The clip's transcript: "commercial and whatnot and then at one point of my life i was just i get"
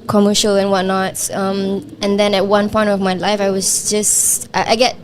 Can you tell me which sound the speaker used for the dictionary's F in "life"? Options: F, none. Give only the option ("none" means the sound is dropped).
F